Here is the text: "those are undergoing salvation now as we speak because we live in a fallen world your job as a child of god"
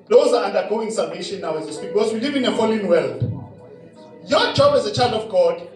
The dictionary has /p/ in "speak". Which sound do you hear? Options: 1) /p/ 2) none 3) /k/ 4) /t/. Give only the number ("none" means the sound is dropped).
2